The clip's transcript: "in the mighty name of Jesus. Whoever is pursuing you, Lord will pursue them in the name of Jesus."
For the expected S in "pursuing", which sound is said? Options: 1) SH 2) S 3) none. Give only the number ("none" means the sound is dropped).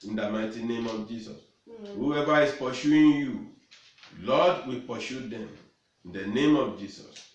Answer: 1